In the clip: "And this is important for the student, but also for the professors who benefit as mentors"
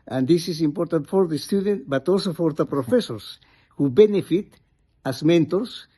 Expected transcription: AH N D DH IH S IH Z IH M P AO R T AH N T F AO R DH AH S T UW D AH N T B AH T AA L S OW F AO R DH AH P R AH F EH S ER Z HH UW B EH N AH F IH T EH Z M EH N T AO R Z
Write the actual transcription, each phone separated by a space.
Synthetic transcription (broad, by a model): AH N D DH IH S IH S IH M P AO R T AH N T F AO R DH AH S T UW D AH N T B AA T AA L S OW F AO R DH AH P R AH F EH S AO S HH UW B EH N AH F IH T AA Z M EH N T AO R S